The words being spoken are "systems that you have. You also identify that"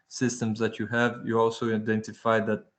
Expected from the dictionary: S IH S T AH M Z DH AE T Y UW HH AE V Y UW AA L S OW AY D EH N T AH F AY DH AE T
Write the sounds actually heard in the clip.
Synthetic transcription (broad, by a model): S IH S T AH M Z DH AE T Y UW HH AE V Y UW AA L S OW AY D EH N T AH F AY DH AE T